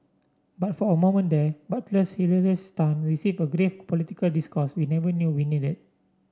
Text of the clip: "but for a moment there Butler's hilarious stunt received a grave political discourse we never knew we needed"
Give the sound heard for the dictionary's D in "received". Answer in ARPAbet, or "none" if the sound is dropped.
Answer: none